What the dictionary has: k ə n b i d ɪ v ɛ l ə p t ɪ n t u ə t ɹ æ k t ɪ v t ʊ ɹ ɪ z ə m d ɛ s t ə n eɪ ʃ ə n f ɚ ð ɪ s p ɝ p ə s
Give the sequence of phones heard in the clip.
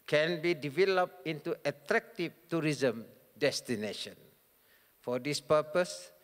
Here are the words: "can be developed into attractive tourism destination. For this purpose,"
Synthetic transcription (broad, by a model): k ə n b i d ɪ v ɛ l ə p t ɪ n t u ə t ɹ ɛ k t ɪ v t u ɹ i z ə m d ɛ s t ə n eɪ ʃ ə n f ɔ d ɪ s p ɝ p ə s